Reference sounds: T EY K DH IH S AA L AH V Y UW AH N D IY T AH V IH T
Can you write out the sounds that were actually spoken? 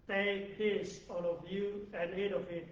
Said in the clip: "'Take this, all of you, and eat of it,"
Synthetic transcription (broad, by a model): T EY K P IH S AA N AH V Y UW AH N D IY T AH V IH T